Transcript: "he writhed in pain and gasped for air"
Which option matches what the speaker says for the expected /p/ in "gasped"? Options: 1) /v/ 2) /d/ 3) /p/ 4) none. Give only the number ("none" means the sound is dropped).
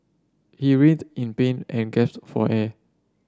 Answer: 4